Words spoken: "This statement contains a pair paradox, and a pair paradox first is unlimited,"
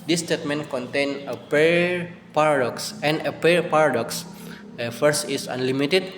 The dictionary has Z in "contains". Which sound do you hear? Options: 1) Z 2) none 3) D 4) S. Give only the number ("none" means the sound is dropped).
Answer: 2